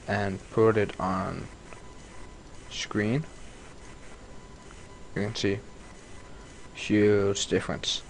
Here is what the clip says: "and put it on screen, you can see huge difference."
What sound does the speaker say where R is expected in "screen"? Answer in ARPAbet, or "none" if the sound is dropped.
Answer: R